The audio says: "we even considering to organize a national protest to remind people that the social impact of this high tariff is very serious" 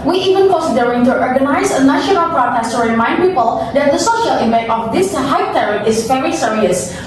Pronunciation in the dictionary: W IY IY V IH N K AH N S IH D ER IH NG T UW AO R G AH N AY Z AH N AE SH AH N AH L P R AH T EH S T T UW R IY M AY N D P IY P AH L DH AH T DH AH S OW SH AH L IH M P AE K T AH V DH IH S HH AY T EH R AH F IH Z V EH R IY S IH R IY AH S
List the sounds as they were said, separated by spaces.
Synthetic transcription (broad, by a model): W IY IY V IH N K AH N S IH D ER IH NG T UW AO R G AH N AY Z AH N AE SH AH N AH L P R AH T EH S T T UW R IY M AY N D P IY P AH L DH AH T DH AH S OW SH AH L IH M AE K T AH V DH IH S HH AY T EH R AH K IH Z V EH R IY S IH R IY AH S